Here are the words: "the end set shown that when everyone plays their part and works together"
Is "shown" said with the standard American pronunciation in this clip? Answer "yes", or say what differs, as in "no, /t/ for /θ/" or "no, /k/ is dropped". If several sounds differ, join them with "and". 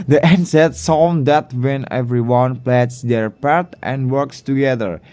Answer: no, /s/ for /ʃ/